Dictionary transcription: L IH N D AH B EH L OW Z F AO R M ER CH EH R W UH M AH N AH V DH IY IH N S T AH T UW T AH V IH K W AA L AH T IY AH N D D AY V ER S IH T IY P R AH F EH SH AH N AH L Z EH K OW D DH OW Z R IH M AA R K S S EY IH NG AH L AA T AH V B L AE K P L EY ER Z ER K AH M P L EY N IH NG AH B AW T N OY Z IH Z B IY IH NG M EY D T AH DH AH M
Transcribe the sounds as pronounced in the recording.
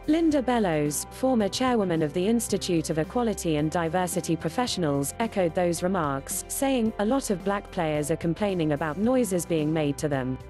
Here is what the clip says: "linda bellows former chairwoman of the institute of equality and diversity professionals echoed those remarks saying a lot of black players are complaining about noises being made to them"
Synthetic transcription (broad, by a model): L IH N D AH B EH L OW Z F AO M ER CH EH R W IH M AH N AH V DH IY IH N S T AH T UW T AH V IH K W AA L AH T IY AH N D D AY V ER S IH T IY P R AH F EH SH AH N AH L Z EH K OW D DH OW Z R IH M AA K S S EY IH NG AH L AA T AH V B L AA K P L EY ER Z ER K AH M P L EY N IH NG AH B AW T N OY Z IH Z B IY IH NG M EY D T AH DH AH M